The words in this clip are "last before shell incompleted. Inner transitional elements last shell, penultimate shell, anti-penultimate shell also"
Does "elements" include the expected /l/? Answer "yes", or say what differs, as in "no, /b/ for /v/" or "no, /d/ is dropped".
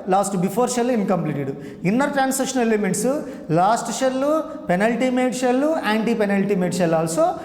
no, /l/ is dropped